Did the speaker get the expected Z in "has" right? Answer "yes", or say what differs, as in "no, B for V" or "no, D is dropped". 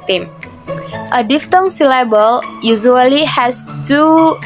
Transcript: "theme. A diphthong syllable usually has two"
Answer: no, S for Z